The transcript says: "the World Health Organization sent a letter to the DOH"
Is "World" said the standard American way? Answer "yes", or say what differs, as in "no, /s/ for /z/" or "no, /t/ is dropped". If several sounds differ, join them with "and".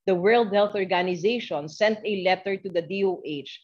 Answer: yes